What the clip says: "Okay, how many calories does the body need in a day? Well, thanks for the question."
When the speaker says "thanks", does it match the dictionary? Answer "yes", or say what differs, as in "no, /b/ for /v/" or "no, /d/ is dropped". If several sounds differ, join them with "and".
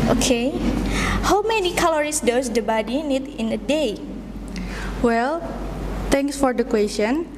no, /t/ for /θ/